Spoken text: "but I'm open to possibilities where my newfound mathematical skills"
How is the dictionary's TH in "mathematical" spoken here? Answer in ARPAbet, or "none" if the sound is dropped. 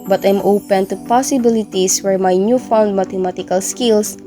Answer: T